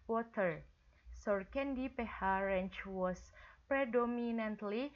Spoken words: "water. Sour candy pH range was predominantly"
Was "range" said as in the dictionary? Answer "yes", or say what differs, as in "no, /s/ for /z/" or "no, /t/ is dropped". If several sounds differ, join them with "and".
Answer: no, /tʃ/ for /dʒ/